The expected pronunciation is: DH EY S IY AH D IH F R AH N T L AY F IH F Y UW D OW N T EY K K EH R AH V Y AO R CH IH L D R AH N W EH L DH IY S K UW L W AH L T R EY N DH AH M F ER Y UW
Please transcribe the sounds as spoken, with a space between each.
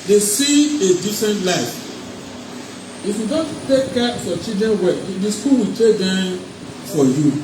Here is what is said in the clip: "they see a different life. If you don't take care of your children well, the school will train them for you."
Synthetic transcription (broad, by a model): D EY S IY AH D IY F R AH N T L AY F IH F Y UW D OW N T EY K K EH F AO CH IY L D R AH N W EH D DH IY S K UW L W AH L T EY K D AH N F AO Y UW